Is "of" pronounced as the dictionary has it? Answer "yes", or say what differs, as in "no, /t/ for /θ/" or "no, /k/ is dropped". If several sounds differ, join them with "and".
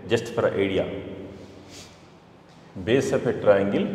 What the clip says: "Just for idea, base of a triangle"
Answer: no, /p/ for /v/